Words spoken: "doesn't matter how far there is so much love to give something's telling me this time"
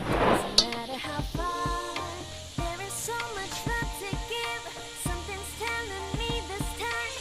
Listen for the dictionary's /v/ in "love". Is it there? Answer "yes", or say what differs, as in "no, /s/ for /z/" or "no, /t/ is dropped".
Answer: no, /f/ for /v/